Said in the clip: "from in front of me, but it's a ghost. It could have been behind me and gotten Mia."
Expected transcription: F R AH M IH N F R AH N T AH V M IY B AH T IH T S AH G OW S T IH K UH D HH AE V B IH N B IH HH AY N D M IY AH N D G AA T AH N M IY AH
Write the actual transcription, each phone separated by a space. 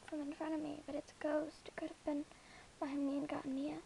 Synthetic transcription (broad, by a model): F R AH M IH N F AH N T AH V M IY B AH T IH T S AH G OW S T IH K UH D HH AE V B IH N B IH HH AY M IY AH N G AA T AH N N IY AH